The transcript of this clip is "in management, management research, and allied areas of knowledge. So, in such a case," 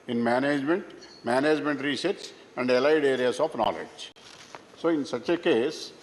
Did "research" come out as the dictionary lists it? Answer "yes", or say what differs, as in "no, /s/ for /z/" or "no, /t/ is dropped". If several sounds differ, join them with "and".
no, /s/ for /tʃ/